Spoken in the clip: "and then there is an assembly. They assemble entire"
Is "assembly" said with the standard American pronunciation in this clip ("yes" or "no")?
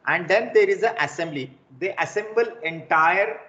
yes